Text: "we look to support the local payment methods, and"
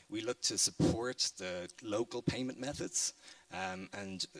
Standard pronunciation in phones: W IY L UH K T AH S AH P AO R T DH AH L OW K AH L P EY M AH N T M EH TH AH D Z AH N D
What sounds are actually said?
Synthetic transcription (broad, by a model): W IY L UH K T AH S AH P AO R T DH AH L OW K AH L P EY M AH N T M EH TH AH D Z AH N